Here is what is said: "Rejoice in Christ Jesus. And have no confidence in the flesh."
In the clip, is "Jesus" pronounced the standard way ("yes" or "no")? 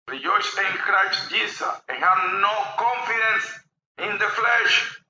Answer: no